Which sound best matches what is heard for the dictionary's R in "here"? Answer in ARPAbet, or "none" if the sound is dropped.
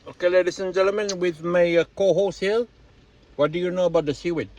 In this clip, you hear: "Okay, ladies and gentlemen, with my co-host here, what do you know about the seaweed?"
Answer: L